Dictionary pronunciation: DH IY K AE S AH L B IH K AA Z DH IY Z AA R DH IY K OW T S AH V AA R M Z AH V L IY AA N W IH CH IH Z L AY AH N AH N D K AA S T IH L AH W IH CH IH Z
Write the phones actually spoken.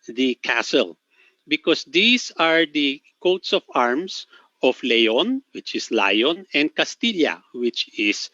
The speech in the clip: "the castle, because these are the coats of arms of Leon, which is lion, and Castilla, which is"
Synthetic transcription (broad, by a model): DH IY K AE S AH L B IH K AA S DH IY S AA R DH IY K OW T S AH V AA R M S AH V L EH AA N W IH CH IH S L AY AH N AH N D K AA S T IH L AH W IH CH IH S